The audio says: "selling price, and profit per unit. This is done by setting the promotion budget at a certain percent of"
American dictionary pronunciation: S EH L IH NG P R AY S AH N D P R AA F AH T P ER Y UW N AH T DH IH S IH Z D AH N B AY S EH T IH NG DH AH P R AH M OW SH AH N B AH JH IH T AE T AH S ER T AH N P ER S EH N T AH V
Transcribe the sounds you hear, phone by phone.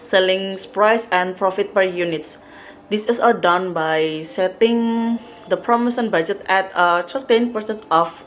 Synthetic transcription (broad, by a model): S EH L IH NG P R AY S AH N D P R AA F AH T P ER Y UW N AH T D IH S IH S D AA N B AY S EH T IH NG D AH P R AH M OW S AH N B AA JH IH T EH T AH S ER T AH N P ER S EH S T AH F